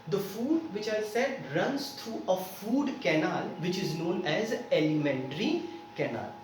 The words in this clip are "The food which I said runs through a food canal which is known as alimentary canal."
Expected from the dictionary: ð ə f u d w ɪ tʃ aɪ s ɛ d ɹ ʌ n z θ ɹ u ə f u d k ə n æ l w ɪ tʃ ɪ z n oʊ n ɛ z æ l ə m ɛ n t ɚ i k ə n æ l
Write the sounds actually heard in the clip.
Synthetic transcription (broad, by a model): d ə f u d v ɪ tʃ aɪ s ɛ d ɹ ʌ n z t ɹ u ə f u d k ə n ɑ l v ɪ tʃ ɪ z n oʊ n ɛ z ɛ l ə m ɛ n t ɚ i k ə n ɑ l